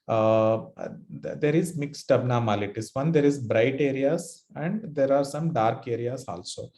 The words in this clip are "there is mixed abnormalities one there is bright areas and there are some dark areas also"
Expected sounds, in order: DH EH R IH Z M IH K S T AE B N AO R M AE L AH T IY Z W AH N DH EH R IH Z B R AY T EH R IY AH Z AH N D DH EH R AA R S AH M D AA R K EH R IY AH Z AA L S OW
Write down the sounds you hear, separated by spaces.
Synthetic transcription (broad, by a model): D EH R IH Z M IH K S T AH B N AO M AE L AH T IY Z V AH N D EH R IH Z B R AY T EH R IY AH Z AH N D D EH R AA R S AH M D AA R K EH R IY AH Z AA L S OW